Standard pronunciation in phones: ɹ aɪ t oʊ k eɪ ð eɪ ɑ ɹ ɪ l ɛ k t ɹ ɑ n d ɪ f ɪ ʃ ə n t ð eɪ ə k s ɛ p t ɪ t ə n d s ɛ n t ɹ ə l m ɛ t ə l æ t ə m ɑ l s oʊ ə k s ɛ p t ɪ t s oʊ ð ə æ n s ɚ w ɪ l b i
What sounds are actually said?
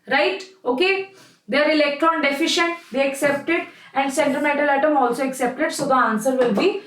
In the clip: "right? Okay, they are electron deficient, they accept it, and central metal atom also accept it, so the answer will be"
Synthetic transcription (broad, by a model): ɹ aɪ t oʊ k eɪ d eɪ ɑ ɹ ɪ l ɛ k t ɹ ɑ n d ɪ f ɪ ʃ ə n t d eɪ ə k s ɛ p t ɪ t ə n d s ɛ n t ə m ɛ t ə l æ t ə m ɑ l s oʊ ə k s ɛ p t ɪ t s oʊ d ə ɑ n s ɚ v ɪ l b i